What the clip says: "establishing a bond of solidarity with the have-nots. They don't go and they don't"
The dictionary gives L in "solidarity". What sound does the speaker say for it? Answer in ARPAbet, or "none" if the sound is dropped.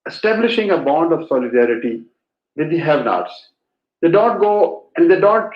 L